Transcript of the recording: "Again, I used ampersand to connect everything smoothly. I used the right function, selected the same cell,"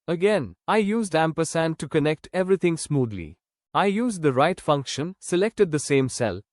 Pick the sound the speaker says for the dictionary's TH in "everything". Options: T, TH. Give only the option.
T